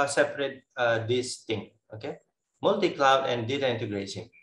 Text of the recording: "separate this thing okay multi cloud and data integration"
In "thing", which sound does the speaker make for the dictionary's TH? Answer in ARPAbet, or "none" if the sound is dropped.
T